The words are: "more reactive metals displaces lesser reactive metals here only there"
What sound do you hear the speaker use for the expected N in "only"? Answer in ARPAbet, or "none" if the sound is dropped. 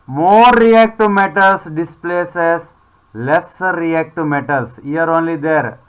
N